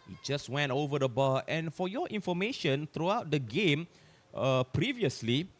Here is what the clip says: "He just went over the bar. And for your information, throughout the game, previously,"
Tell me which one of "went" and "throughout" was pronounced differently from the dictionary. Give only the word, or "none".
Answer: throughout